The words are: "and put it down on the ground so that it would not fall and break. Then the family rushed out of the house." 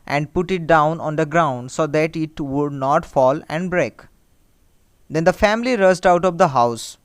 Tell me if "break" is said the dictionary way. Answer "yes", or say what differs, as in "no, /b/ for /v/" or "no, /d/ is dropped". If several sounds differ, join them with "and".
yes